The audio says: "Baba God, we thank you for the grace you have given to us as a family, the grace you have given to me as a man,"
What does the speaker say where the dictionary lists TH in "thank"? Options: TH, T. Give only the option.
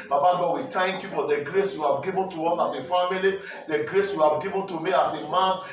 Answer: T